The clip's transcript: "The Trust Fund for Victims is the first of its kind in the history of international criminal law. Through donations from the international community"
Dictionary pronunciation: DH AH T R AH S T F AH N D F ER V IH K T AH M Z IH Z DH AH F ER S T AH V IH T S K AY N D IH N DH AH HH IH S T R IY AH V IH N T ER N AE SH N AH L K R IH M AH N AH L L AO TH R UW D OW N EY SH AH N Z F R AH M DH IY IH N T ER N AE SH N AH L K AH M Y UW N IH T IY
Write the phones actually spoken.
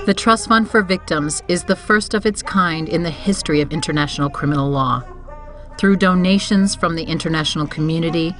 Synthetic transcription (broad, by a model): DH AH T R AH S T F AH N D F ER V IH K T AH M Z IH Z DH AH F ER S T AH V IH T S K AY N D IH N DH AH HH IH S T R IY AH V IH N T ER N AE SH N L K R IH M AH N L L AO TH R UW D OW N EY SH AH N Z F R AH M DH IY IH N T ER N AE SH N L K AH M Y UW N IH T IY